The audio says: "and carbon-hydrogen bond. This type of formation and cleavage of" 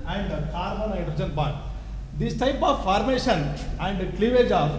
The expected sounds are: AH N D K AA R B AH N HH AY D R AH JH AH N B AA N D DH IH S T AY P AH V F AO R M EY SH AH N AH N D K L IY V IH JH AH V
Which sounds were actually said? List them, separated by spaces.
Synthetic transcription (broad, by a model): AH N D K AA R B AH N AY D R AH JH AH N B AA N D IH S T AY P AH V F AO R M EY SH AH N AH N D K L IY V IH JH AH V